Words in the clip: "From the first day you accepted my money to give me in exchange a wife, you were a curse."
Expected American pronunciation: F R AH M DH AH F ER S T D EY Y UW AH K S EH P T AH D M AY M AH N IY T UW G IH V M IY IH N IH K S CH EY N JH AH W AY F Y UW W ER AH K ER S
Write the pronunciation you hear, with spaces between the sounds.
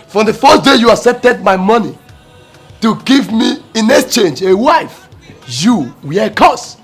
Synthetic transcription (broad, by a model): F R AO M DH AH F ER S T D EY Y UW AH S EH T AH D M AY M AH N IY T UW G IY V M IY IH N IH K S CH EY N JH AH W AY F Y UW W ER AH K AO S